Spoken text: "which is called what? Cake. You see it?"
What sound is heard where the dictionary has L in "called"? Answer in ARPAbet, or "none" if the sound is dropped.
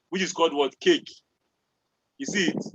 L